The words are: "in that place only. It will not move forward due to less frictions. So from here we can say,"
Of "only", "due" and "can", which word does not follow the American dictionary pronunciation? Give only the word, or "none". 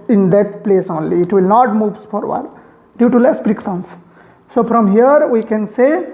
none